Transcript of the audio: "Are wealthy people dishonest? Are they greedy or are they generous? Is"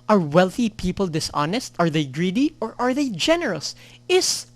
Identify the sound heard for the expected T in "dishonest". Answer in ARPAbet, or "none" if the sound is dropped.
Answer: T